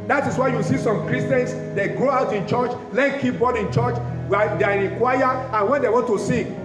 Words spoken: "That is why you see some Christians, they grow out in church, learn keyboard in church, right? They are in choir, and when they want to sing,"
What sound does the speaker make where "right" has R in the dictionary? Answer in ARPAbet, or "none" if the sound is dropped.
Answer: W